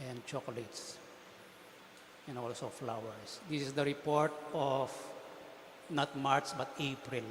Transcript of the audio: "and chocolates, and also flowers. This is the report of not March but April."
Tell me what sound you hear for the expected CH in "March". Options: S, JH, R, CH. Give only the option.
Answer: S